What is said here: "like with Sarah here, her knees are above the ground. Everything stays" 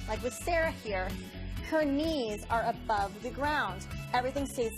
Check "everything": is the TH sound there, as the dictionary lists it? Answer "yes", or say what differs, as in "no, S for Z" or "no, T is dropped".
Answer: yes